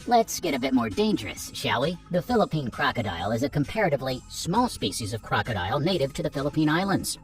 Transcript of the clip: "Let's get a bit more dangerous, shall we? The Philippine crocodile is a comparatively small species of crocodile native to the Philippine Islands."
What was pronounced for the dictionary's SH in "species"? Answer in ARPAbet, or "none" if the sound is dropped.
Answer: SH